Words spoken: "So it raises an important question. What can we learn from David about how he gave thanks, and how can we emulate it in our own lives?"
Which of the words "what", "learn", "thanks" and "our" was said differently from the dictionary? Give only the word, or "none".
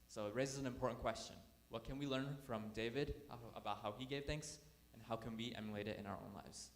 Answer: none